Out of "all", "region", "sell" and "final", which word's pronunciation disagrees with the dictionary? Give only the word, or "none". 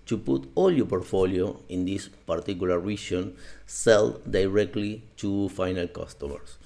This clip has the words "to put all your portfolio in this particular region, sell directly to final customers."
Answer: region